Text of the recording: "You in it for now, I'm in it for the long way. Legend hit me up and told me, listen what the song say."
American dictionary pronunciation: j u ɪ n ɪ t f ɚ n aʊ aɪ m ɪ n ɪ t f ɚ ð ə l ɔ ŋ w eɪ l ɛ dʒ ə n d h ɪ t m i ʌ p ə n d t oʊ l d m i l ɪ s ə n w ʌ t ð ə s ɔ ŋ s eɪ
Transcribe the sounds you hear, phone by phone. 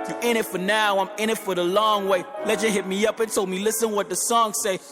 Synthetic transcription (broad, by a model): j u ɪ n ɪ t f ɚ n aʊ aɪ m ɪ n ɪ t f ɚ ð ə l ɔ ŋ w eɪ l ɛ tʃ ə h ɪ t m i ʌ p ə n t oʊ l d m i l ɪ s ə n w ʌ t ð ə s ɔ ŋ s eɪ